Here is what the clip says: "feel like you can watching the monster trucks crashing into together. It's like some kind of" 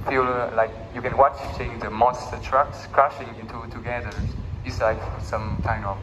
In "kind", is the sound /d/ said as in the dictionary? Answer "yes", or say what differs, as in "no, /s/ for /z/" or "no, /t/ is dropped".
no, /d/ is dropped